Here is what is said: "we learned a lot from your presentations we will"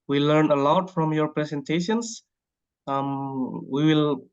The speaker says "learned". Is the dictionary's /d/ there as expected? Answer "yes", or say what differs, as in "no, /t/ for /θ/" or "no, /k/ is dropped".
no, /d/ is dropped